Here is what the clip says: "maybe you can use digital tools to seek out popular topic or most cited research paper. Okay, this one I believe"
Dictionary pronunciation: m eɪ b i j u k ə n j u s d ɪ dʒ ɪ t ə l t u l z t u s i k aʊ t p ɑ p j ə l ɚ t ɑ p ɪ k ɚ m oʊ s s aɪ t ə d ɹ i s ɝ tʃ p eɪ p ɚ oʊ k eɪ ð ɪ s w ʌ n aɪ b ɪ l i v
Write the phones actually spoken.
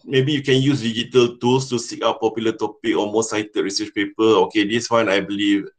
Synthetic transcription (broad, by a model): m eɪ b i j u k ə n j u s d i dʒ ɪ t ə l t u l s t u s i k aʊ t p ɑ p j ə l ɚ t ɑ p ɪ k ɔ m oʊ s s aɪ t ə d ɹ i s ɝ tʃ p eɪ p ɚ oʊ k eɪ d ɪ s w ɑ n aɪ b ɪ l i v